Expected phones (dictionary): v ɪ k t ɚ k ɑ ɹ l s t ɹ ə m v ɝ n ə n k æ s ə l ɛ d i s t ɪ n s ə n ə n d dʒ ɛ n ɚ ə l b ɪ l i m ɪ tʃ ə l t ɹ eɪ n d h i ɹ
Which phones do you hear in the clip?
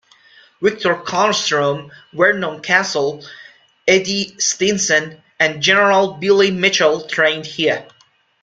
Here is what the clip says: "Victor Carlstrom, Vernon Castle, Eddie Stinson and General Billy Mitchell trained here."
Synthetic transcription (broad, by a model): w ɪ k t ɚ k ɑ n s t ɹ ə m w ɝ n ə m k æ s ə l ɛ d i s t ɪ n s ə n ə n dʒ ɛ n ɚ ə l b ɪ l i m ɪ tʃ ə l t ɹ eɪ n d h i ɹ